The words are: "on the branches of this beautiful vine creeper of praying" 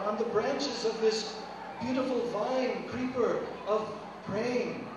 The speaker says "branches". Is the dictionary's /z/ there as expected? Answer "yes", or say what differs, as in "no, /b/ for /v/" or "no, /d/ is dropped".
yes